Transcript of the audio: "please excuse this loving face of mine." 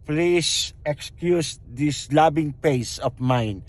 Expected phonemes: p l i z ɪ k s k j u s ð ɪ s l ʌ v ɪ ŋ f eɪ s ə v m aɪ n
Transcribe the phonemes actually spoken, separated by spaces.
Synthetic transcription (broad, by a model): p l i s ɪ k s k j u s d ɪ s l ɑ b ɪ ŋ p eɪ s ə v m aɪ n